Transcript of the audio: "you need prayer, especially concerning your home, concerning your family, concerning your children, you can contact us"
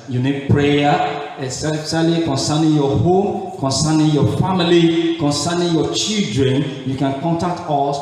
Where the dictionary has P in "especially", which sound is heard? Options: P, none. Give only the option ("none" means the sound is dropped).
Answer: none